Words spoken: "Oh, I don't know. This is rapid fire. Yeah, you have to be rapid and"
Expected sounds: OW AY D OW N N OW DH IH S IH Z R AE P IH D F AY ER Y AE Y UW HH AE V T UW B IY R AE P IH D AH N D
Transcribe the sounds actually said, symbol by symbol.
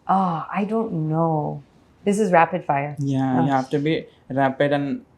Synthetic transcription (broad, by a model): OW AY D OW N N OW DH IH S IH Z R AE P IH D F AY ER Y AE Y UW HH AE F T UW B IY R AE P IH D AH N